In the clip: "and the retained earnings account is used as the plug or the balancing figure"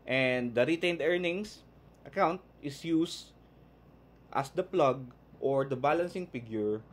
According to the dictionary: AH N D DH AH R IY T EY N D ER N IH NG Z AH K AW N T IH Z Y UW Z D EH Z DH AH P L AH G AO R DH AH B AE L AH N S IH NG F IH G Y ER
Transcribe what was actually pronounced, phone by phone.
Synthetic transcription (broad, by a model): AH N D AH R IY T EY N D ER N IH NG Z AH K AW N T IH S Y UW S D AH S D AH P L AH G AO R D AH B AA L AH N S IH NG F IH G Y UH